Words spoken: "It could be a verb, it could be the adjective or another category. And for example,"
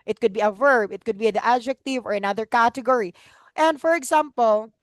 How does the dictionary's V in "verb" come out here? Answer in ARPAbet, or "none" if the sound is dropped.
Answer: V